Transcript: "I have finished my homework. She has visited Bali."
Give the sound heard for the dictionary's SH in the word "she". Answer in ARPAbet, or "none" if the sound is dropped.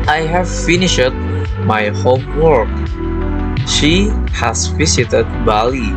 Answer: SH